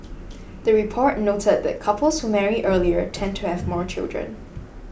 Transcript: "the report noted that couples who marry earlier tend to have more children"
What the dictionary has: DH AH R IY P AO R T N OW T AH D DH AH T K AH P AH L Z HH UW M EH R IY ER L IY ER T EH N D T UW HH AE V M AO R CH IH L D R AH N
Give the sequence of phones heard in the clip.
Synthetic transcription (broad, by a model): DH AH R IY P AO R T N OW T AH D DH AH T K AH P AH L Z HH UW M EH R IY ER L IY ER T EH N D T UW HH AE V M AO R CH IH L D R AH N